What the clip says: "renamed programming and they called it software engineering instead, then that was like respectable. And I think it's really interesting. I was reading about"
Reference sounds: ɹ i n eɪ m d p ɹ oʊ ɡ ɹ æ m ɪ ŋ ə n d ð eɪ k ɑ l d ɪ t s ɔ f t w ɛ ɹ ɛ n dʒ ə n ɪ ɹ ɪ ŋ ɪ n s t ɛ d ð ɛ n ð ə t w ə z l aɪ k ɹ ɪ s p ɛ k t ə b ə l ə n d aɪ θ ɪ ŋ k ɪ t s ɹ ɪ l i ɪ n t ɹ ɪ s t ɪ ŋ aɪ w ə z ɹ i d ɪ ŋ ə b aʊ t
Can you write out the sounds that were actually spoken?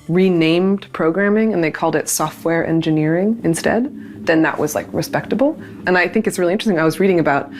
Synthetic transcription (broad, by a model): ɹ i n eɪ m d p ɹ oʊ ɡ ɹ æ m ɪ ŋ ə n ð eɪ k ɑ l d ɪ t s ɔ f t w ɛ ɹ ɛ n dʒ ə n ɪ ɹ ɪ ŋ ɪ n s t ɛ d ð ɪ n ð ə t w ə z l aɪ k ɹ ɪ s p ɛ k t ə b l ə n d aɪ θ ɪ ŋ k ɪ t s ɹ ɪ l i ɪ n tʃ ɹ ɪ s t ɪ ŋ aɪ w ə z ɹ i d ɪ ŋ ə b aʊ t